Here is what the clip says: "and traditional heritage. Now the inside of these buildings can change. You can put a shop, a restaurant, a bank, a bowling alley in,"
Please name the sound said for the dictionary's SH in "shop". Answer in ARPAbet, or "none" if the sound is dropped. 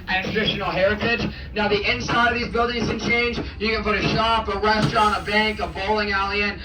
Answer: SH